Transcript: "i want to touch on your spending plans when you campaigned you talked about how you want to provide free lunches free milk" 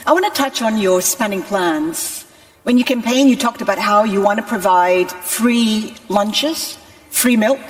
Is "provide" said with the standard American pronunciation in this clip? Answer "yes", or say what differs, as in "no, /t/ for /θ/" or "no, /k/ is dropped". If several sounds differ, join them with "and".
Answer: yes